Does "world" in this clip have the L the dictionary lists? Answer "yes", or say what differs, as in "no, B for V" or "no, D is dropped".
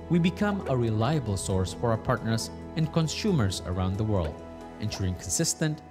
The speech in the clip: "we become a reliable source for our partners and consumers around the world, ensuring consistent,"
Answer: yes